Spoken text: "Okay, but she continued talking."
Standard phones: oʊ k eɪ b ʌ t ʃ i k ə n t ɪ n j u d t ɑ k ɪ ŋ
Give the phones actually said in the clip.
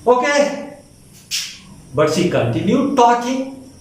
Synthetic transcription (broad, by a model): oʊ k eɪ b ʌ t s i k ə n t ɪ n j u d t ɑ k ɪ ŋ